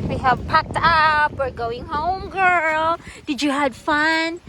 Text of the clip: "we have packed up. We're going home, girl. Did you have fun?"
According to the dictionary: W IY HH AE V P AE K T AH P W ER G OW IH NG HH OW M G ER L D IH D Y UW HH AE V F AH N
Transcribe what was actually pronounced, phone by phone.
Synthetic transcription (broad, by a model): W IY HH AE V P AE K T AH P W ER G OW IH NG HH OW M G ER L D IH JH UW HH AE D F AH N